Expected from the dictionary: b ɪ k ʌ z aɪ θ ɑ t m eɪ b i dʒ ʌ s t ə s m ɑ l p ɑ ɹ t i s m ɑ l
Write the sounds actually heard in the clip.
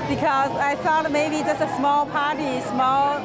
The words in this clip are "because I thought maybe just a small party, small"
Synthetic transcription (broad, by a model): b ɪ k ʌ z aɪ f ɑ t m eɪ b i dʒ ʌ s t ə s m ɑ l p ɑ ɹ t i s m ɑ l